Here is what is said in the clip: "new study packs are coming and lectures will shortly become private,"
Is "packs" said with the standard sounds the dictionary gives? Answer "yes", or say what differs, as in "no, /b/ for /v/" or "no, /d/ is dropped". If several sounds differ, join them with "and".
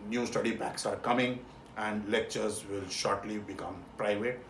no, /b/ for /p/